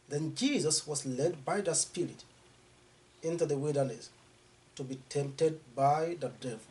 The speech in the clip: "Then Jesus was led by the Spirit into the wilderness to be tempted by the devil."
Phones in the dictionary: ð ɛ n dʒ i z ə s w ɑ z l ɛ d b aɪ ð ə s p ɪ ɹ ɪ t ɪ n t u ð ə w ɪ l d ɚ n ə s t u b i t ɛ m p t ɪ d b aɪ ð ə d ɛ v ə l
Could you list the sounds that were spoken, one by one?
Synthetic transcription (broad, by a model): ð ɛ n dʒ i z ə s w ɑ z l ɛ d b aɪ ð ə s p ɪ ɹ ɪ t ɪ n t u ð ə w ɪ l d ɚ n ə s t u b i t ɛ m p t ɪ d b aɪ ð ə d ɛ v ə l